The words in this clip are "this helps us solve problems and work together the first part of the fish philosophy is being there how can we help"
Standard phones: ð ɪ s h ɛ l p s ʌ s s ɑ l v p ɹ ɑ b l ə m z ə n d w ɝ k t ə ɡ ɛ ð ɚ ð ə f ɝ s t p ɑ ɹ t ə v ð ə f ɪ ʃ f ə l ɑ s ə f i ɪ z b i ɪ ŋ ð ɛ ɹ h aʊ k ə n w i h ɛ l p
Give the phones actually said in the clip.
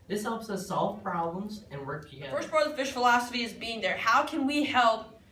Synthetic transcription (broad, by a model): ð ɪ s h ɛ l p s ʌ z s ɑ l v p ɹ ɑ b l ə m z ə n w ɝ k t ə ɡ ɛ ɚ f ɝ s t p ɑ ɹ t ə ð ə f ɪ ʃ f ə l ɑ s ə f i ɪ z b i ɪ ŋ ð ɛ ɹ h aʊ k ə n w i h ɛ l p